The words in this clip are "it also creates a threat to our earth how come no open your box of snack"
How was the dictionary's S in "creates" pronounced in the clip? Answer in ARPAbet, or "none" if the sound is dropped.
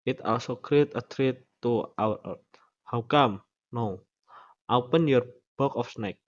none